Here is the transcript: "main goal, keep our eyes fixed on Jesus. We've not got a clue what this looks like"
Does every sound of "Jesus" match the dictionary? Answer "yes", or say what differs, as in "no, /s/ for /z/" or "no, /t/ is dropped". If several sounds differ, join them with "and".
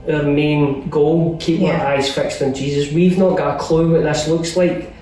yes